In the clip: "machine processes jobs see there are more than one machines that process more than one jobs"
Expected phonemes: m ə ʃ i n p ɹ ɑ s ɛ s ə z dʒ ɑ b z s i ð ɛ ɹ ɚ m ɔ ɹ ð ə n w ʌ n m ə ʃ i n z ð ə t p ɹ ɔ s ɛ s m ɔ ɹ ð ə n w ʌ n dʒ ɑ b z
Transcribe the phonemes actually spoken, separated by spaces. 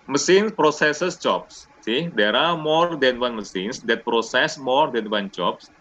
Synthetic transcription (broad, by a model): m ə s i n p ɹ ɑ s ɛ s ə s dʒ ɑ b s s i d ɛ ɹ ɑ m ɔ ɹ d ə n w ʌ n m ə s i n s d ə t p ɹ ɔ s ɛ s m ɔ ɹ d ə n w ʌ n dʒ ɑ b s